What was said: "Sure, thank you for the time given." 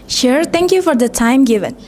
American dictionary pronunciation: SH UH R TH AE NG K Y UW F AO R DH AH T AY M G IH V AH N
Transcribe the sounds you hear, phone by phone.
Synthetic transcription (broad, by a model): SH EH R T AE NG K Y UW F AO R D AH T AY M G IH V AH N